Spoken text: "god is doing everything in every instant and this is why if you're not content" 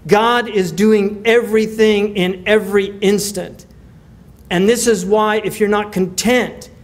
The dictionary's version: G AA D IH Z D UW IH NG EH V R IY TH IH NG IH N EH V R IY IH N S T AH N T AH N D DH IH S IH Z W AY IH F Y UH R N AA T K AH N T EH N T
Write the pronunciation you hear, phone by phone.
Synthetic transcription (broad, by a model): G AA D IH Z D UW IH NG EH V R IY TH IH NG IH N EH V R IY IH N S T AH N T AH N DH IH S IH Z W AY IH F Y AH R N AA T K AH N T EH N T